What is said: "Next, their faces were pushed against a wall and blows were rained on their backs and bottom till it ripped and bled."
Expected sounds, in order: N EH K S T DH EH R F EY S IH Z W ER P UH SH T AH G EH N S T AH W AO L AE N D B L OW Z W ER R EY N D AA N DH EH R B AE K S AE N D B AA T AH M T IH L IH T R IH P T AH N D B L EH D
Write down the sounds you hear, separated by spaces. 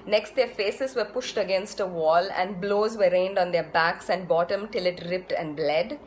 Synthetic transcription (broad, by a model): N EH K S T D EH R F EY S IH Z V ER P UH SH T AH G EH N S T AH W AO L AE N D B L OW Z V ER R EY N D AA N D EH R B AE K S AE N D B AA T AH M T IH L IH T R IH P T AH N D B L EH D